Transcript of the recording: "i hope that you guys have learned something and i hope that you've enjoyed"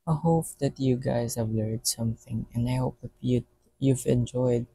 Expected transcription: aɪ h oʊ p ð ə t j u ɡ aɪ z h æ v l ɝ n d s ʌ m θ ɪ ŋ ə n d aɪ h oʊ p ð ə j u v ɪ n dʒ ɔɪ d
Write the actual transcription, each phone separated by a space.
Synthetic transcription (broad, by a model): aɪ h oʊ p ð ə t j u ɡ aɪ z h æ v l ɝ d s ʌ m θ ɪ ŋ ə n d aɪ h oʊ p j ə j u v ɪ n dʒ ɔɪ d